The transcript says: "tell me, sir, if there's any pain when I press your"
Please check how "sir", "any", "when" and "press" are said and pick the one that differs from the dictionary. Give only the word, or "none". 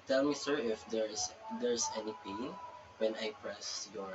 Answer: none